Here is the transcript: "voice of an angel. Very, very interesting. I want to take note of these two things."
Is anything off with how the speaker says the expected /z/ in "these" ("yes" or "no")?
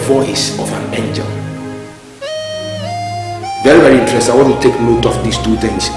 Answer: yes